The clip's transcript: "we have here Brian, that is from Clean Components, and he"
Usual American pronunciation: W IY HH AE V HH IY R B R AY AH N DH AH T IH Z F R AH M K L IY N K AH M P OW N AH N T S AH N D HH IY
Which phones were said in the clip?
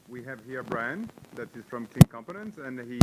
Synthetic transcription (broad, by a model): W IY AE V HH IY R B R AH N DH AH T IH Z F R AH M K IY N K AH M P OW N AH N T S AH N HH IY